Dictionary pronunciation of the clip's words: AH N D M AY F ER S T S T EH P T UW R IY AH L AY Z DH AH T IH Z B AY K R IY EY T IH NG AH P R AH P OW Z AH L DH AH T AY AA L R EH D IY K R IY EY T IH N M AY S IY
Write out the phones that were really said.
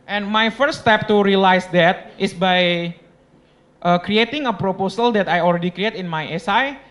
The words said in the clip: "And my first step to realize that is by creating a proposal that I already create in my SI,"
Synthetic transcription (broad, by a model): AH N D M AY F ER T S T EH P T UW R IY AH L AY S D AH T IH S B AY K R IY EY T IH NG AH P R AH P OW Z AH L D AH T AY AA L R EH D IY K R IY EY T IH N M AY S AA